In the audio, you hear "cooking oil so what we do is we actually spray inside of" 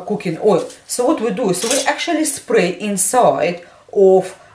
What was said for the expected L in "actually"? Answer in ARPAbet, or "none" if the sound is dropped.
L